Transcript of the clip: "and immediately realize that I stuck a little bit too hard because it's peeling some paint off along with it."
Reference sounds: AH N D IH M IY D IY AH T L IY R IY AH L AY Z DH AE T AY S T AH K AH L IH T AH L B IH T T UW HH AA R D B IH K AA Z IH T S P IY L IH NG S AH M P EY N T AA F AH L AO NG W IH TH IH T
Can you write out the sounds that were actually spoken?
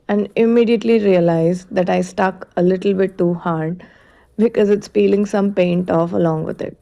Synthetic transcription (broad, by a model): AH N D IH M IY D IY AH T L IY R IY AH L AY Z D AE T AY S T AH K AH L IH T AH L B IH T T UW HH AA R D B IH K AA Z IH T S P IY L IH NG S AH M P EY N T AA F AH L AO NG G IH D IH T